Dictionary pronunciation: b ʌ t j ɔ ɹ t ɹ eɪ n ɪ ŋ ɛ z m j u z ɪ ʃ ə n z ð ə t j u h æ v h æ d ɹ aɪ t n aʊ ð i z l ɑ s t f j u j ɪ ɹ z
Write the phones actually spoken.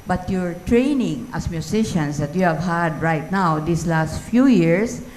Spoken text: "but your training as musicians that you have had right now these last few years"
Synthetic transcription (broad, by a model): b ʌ t j ɔ ɹ t ɹ eɪ n ɪ ŋ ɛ s m j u s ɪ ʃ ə n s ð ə t j u h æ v h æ d ɹ aɪ t n aʊ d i s l ɑ s t f j u j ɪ ɹ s